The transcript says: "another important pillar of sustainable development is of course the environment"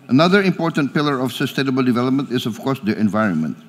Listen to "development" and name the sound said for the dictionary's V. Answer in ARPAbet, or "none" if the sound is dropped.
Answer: V